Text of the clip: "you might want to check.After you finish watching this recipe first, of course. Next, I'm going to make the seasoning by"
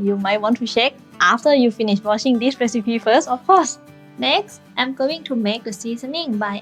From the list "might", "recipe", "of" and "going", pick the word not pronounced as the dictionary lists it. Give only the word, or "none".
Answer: of